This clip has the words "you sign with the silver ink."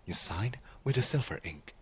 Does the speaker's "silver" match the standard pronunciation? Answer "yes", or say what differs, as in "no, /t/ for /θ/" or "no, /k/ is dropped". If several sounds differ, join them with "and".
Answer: no, /f/ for /v/